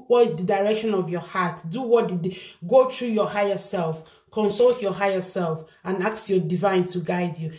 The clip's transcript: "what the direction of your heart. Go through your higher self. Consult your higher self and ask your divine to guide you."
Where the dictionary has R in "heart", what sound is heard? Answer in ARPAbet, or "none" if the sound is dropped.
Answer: W